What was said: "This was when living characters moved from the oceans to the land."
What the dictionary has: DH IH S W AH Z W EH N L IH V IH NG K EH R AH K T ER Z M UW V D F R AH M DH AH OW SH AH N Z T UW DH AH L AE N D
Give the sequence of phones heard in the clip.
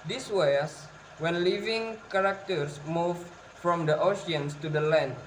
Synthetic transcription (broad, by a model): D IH S W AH S W EH N L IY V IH NG K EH R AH K T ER S M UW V F R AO M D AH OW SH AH N S T UW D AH L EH N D